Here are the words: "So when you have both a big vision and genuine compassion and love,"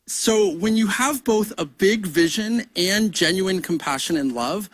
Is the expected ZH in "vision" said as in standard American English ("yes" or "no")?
yes